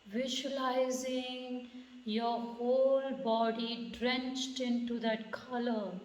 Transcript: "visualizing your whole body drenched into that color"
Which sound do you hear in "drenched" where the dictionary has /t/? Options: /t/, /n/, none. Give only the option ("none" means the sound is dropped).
/t/